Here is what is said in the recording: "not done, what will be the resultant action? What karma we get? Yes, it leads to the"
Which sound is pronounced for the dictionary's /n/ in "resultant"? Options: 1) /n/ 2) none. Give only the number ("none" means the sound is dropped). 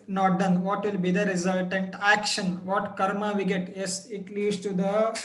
1